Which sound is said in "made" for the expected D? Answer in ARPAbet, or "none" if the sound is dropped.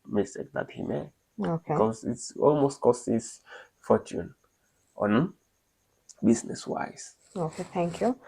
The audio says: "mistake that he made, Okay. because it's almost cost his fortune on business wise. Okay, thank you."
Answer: none